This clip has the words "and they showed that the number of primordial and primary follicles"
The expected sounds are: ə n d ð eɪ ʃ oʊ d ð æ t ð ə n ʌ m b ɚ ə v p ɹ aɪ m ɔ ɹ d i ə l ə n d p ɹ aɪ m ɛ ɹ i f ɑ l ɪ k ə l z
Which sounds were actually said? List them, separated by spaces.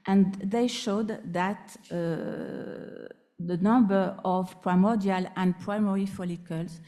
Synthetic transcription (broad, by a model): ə n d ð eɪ ʃ oʊ d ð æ t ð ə n ʌ m b ɚ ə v p ɹ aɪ m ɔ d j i l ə n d p ɹ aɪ m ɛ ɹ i f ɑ l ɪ k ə l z